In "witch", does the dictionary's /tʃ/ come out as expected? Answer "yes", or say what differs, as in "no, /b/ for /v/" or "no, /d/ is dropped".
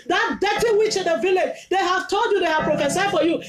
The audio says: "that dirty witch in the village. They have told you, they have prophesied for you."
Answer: yes